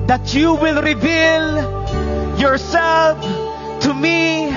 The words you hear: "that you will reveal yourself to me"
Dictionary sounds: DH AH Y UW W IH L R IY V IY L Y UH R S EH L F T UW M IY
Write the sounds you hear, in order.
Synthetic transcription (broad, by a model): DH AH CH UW W IH L R IY V IY L Y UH R S EH L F T UW M IY